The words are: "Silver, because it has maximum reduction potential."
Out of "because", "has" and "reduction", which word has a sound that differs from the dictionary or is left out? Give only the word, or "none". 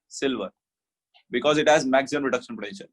none